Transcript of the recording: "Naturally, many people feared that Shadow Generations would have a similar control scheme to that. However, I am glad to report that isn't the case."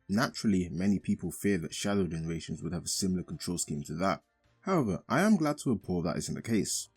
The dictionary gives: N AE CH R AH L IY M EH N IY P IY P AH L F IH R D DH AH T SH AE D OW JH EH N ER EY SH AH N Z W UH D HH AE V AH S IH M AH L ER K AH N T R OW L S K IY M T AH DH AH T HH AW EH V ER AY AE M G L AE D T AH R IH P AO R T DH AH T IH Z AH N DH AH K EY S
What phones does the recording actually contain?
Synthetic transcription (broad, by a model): N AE CH R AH L IY M EH N IY P IY P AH L F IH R DH AH T SH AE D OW JH EH N ER EY SH AH N Z W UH D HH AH V AH S IH M L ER K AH N T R OW L S K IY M T AH DH AH T HH AW EH V ER AY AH M G L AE D T AH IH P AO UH DH AH T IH Z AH N DH AH K EY S